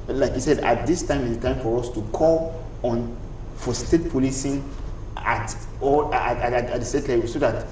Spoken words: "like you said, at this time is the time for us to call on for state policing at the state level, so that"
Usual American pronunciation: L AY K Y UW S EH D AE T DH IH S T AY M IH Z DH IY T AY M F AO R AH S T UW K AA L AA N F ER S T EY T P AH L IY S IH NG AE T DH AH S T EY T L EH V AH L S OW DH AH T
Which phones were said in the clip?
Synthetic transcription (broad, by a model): L AY K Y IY S EH D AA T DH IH S T AY M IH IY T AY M F AO R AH S T UW K AA L AA N F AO S T EY T P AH L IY S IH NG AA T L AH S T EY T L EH W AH S OW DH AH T